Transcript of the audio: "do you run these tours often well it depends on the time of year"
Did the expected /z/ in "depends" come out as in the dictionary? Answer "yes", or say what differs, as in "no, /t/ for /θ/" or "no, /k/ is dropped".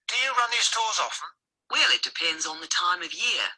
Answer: yes